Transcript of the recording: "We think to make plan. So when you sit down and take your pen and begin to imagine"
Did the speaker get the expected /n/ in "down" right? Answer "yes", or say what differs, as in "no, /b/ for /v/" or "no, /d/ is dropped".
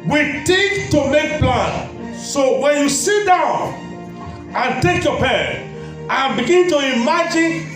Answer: yes